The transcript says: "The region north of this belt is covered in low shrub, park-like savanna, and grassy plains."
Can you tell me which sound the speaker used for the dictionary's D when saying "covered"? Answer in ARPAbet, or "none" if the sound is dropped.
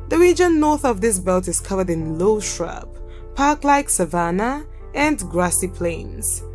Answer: D